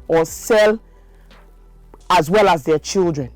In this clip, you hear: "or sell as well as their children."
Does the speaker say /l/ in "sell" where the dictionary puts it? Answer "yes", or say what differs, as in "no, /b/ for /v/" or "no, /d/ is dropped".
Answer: yes